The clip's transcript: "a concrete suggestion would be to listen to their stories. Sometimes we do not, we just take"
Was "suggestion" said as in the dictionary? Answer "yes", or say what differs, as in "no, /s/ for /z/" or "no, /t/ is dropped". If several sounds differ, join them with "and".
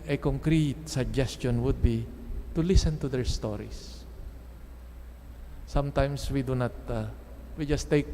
yes